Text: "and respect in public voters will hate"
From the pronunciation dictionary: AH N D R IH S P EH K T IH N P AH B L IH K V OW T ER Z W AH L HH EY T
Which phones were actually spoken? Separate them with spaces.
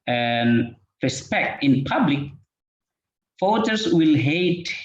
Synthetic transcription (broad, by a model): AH N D R IH S P EH K T IH N P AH B L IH K F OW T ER S W AH L HH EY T